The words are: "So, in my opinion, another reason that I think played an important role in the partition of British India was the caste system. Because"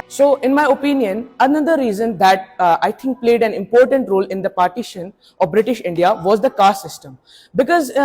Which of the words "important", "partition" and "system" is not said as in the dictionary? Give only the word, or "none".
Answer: none